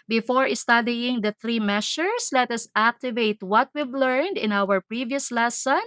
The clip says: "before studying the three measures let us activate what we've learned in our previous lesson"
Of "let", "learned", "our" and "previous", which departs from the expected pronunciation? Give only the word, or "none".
none